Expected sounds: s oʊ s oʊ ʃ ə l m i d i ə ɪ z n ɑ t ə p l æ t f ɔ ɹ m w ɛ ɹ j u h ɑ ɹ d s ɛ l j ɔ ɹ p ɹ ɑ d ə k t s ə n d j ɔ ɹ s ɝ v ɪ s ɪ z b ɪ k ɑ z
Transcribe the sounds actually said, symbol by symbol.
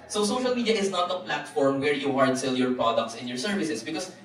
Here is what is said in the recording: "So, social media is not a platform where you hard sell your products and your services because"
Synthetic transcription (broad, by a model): s oʊ s oʊ ʃ ə l m i d i ə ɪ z n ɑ t ə p l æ t f ɔ ɹ m w ɛ ɹ j u h ɑ ɹ d s ɛ l j ɔ ɹ p ɹ ɑ d ə k t s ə n j ɔ ɹ s ɝ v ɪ s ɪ s b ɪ k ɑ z